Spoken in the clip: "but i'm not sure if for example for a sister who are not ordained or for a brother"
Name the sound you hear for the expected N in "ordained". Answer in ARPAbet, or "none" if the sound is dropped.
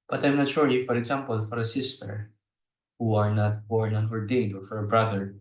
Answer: none